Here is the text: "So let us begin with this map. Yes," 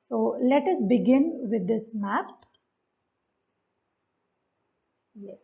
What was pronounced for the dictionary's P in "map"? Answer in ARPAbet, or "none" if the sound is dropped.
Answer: F